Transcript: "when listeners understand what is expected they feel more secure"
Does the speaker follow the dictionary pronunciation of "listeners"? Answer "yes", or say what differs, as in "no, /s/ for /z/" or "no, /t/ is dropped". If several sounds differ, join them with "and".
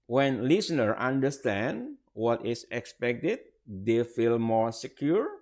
no, /z/ is dropped